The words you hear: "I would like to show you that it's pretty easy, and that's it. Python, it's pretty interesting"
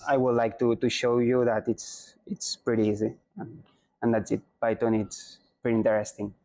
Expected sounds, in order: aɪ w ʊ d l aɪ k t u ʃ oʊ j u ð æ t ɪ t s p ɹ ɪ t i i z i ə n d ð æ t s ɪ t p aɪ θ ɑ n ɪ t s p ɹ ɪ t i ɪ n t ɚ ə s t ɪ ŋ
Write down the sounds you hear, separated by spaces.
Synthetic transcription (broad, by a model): aɪ w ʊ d l aɪ k t u ʃ oʊ j u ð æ t ɪ t s p ɹ ɪ t i i z i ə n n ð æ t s ɪ t b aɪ t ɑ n ɪ t s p ɹ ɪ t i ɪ n t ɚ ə s t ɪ ŋ